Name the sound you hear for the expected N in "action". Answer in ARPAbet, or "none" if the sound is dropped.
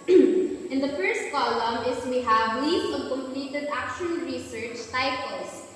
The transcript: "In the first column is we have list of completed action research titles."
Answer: L